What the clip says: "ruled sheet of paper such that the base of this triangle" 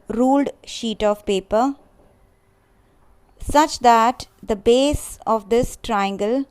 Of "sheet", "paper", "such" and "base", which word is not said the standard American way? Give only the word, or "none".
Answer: none